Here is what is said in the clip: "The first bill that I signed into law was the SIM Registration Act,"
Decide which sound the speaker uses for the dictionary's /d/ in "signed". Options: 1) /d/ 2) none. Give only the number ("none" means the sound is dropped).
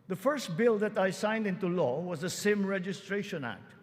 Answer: 1